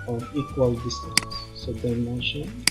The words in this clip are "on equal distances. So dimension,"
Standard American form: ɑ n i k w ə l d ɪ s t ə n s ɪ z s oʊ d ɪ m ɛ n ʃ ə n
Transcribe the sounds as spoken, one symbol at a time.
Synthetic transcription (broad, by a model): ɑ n i k w ə l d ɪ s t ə s s oʊ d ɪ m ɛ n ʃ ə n